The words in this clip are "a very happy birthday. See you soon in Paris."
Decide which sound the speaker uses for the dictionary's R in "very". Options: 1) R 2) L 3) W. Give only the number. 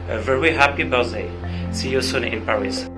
3